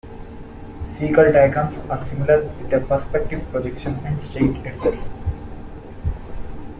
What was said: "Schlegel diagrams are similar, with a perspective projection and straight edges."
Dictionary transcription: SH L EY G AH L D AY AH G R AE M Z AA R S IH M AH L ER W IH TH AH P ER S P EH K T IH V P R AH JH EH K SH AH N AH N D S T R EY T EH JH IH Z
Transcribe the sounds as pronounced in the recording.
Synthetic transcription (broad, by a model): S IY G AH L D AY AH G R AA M S AA R S IH M AH L ER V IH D AH P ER S P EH K T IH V P R AH JH EH K SH AH N AH N D S T EY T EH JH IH S